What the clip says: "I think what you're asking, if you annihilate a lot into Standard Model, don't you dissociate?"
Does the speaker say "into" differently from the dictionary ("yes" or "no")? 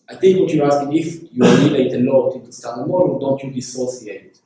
yes